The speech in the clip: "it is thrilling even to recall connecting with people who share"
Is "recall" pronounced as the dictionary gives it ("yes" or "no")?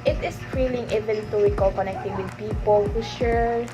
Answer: no